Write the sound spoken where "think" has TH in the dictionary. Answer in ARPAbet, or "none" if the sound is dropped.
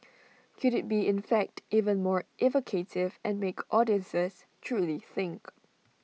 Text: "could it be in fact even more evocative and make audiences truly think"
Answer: TH